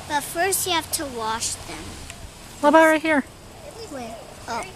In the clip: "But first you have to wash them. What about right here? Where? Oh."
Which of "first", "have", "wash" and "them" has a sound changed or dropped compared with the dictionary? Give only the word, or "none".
have